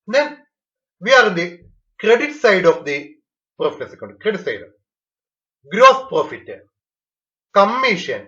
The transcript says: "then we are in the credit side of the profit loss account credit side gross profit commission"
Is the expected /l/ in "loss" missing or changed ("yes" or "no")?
yes